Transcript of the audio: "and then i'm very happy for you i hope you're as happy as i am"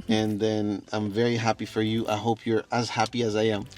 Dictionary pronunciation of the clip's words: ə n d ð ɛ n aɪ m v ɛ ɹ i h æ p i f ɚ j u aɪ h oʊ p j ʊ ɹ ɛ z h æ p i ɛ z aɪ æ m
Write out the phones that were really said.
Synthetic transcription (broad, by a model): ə n ð ɛ n aɪ m v ɛ ɹ i h æ p i f ɚ j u aɪ h oʊ p j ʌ ɹ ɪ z h æ p i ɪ z aɪ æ m